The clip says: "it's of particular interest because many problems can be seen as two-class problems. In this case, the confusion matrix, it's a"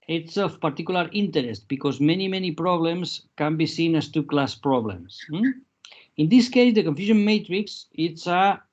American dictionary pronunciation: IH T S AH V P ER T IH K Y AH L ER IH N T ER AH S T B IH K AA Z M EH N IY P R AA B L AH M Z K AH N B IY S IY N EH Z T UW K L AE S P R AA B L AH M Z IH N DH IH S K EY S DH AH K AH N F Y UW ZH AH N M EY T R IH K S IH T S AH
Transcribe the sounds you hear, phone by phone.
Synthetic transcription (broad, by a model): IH T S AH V P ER T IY K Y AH L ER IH N T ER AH S T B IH K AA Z M EH N IY P R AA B L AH M S K AH N B IY S IY N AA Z T UW K L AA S P R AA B L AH M S IH N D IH S K EY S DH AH K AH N F Y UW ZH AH N M EY T R IH K S IH T S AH